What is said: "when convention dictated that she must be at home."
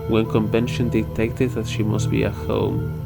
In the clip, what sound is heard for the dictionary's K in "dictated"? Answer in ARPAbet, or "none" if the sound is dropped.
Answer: none